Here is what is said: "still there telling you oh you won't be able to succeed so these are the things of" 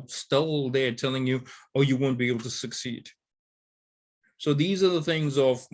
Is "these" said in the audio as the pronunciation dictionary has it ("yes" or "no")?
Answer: yes